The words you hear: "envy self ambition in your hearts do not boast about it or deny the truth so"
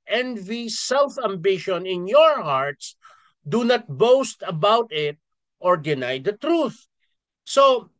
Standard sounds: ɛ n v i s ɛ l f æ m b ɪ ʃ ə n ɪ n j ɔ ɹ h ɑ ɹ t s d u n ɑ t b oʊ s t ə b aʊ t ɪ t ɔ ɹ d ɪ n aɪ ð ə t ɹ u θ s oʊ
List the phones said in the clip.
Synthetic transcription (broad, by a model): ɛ n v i s ɛ l f æ m b ɪ ʃ ə n ɪ n j ɔ ɹ h ɑ ɹ t s d u n ɑ t b oʊ s t ə b aʊ t ɪ t ɔ ɹ d ɪ n aɪ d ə t ɹ u θ s oʊ